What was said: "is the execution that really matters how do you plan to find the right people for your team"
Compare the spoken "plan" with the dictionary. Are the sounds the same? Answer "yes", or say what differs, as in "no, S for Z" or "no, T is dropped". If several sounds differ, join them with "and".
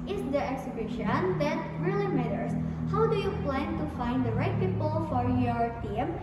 yes